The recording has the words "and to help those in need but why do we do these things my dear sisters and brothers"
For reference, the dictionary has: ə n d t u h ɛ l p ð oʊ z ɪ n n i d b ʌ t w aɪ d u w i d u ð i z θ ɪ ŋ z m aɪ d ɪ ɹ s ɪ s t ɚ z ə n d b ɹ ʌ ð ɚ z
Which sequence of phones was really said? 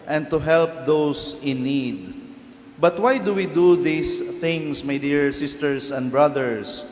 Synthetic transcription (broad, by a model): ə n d t u h ɛ l p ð oʊ s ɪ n n i d b ʌ t w aɪ d u w i d u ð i s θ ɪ ŋ s m aɪ d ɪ ɹ s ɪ s t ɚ s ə n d b ɹ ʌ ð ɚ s